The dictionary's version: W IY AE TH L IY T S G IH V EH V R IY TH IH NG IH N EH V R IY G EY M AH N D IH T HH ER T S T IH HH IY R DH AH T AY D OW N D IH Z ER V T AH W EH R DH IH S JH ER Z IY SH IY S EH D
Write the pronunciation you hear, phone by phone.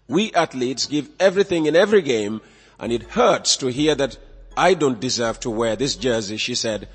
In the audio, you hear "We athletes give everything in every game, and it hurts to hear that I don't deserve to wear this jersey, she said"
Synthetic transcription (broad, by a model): W IY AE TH L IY T S G IH V EH V R IY TH IH NG IH N EH V R IY G EY M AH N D IH T HH ER T S T IH HH IY R DH AH T AY D OW N D IH Z ER V T AH W EH R DH IH S JH ER Z IY SH IY S EH D